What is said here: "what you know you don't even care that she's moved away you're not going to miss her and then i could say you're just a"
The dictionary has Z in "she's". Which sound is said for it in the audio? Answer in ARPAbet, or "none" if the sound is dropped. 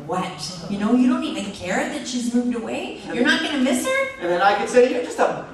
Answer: Z